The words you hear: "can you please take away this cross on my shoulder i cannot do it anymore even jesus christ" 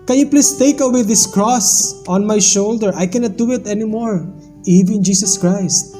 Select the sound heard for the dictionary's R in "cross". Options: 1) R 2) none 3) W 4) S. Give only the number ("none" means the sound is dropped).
1